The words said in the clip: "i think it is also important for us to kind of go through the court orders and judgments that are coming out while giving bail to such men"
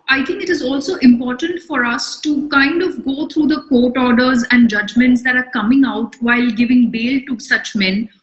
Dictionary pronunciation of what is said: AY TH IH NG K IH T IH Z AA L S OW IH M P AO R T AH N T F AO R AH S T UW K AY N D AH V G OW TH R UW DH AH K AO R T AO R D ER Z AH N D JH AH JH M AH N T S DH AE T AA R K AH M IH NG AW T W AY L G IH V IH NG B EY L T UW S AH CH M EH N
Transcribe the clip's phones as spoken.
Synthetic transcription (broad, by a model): AY T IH NG K IH T IH Z AA L S OW IH M P AO R T AH N T F AO R AH S T UW K AY N D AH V G OW T R UW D AH K AO T AO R D ER Z AH N D JH AH JH M AH N T S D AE T AA R K AH M IH NG AW T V AY L G IH V IH NG B EY L T UW S AH CH M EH N